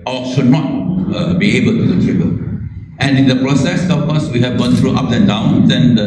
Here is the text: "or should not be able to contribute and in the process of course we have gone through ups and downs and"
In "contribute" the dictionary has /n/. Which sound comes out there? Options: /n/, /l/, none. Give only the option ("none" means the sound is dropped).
none